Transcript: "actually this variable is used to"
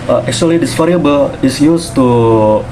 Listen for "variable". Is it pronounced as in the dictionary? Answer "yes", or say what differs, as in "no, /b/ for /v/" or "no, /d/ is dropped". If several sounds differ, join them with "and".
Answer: no, /f/ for /v/